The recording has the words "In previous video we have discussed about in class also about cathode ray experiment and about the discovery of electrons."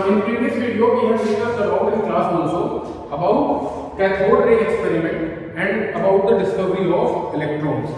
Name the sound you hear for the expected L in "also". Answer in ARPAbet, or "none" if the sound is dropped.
N